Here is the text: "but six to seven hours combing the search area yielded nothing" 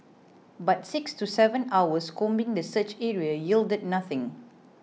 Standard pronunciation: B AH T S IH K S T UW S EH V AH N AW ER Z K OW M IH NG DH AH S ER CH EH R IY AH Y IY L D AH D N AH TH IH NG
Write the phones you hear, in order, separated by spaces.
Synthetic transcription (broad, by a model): B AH T S IH K S T UW S EH V AH N AW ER S K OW M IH NG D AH S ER CH EH R IY AH Y IY L D AH D N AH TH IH NG